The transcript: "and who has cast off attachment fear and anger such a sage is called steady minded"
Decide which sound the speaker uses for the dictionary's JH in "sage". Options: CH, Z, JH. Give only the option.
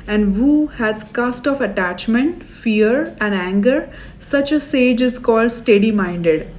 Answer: JH